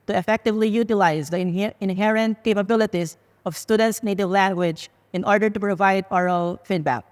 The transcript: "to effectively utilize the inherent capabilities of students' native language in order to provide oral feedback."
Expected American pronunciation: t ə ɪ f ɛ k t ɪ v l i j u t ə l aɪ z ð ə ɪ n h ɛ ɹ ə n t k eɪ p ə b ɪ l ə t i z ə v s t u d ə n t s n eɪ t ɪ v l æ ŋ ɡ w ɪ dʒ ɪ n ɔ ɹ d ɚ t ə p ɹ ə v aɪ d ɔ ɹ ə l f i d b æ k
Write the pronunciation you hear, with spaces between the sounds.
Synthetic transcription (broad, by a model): t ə ɪ f ɛ k t ɪ v l i j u t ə l aɪ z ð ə ɪ n h ɛ ɹ ə n t k eɪ p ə b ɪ l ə t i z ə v s t u d ə n t s n eɪ t ɪ v l æ ŋ ɡ w ɪ dʒ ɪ n ɔ ɹ d ɚ t ə p ɹ ə v aɪ d ɔ ɹ ə l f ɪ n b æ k